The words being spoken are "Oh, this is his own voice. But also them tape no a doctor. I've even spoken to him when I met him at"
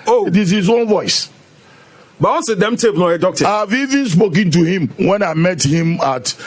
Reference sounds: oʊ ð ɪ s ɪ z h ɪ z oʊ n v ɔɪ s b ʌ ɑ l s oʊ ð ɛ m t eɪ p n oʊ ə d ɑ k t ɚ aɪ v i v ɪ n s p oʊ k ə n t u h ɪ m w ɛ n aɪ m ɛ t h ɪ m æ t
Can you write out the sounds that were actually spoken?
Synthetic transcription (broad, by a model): oʊ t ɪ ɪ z h ɪ z oʊ n v ɔɪ s b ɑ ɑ n s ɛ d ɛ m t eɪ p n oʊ ə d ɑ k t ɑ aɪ v i v ɪ n s p oʊ k ə n t u h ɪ m w ɛ n aɪ m ɛ t h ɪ m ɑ t